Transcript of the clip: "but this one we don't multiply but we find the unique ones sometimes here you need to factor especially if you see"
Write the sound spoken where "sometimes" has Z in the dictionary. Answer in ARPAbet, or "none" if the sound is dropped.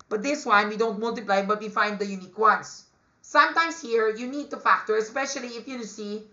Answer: S